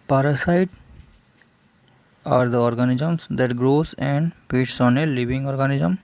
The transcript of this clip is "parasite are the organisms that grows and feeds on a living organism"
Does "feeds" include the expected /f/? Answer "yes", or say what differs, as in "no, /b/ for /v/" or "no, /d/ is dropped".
no, /p/ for /f/